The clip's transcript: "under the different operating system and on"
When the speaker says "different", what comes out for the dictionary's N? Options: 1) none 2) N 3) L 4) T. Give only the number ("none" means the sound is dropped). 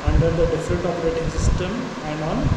3